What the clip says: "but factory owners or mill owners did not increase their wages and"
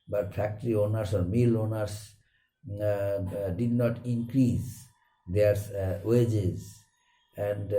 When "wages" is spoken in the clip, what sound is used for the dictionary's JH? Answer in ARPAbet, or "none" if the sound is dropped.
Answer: JH